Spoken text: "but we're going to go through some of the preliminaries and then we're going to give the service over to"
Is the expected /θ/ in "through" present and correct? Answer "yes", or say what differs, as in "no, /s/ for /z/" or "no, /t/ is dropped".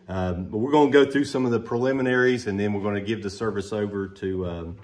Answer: yes